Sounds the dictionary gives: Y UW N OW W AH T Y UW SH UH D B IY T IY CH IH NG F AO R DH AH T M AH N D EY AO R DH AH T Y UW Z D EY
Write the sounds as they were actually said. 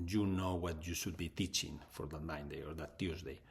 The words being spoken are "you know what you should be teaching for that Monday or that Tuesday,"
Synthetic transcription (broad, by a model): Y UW N OW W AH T Y UW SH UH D B IY T IY CH IH NG F AO R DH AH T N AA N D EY AO R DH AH T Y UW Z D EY